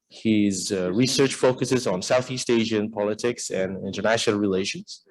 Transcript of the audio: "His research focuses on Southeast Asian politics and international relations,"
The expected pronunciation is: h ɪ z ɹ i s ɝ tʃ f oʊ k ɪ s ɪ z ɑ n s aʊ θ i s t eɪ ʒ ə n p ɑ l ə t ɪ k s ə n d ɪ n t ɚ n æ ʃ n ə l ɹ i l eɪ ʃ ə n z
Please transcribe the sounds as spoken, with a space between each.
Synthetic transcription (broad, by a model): h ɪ z ɹ i s ɝ tʃ f oʊ k ɪ s ɪ z n s aʊ θ i s t eɪ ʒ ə n p ɑ l ə t ɪ k s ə n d ɪ n t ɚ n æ ʃ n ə l ɹ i l eɪ ʃ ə n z